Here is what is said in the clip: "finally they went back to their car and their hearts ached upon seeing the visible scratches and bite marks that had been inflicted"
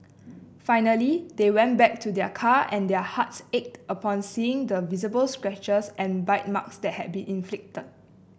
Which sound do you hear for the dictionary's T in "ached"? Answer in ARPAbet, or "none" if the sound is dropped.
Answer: T